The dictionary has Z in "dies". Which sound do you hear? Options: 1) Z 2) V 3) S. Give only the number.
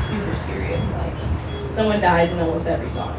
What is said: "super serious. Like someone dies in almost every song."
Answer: 1